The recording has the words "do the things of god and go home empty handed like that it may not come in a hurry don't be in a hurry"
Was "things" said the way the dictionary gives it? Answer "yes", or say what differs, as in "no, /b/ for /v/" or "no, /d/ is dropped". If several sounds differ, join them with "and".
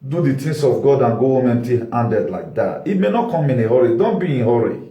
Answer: no, /t/ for /θ/ and /s/ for /z/